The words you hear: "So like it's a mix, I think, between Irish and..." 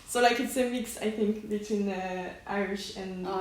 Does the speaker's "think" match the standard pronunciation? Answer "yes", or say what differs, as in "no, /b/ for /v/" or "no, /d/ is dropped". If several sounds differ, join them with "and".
yes